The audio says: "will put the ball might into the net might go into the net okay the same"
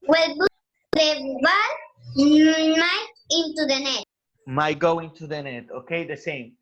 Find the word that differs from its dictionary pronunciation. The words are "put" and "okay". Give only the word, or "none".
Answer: put